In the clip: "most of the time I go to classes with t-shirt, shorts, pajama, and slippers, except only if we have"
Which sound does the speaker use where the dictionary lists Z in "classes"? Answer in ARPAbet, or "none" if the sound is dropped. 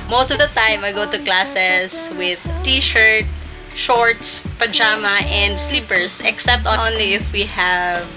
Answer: S